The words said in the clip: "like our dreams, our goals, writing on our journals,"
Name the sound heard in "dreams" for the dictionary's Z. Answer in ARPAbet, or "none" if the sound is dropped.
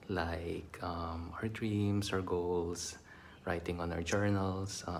S